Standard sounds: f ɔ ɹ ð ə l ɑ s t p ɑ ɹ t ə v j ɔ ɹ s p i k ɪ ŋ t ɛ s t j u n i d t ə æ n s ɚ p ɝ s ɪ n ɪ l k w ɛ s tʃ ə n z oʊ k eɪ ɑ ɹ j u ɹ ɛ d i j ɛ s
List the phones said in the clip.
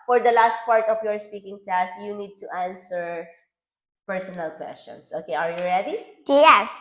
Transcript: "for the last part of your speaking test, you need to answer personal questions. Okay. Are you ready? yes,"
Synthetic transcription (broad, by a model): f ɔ ɹ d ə l ɑ s t p ɑ ɹ t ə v j ɔ ɹ s p i k ɪ ŋ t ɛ s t j u n i d t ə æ n s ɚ p ɝ s ɪ n ɪ l k w ɛ s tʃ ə n s oʊ k eɪ ɑ ɹ j u ɹ ɛ d i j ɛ s